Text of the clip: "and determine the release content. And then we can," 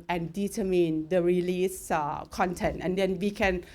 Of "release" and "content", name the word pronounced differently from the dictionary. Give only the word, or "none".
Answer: none